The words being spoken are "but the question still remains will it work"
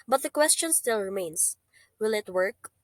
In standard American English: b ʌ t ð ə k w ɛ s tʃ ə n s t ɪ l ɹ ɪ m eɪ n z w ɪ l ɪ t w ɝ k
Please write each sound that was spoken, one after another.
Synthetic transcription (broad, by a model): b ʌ t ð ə k w ɛ s tʃ ə n s t ɪ l ɹ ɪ m eɪ n s w ɪ l ɪ t w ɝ k